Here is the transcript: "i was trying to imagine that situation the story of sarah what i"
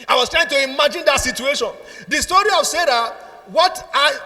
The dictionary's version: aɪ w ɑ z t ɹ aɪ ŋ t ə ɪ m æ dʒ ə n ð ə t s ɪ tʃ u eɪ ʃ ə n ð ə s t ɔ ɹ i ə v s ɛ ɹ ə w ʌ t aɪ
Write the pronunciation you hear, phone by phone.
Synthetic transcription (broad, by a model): aɪ w ɑ s t ɹ aɪ ŋ t ə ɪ m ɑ dʒ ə n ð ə t s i tʃ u eɪ ʃ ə n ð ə s t ɔ ɹ i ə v s ɛ ɹ ə w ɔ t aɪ